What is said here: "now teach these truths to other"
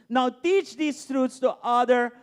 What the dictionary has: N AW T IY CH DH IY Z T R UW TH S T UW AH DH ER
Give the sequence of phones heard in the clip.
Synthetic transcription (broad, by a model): N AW T IY CH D IY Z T R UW T S T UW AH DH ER